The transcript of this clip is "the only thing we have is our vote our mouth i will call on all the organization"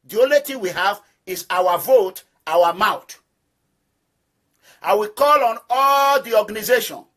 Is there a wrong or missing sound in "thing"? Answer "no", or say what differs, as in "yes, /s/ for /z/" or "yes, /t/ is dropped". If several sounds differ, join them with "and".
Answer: yes, /t/ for /θ/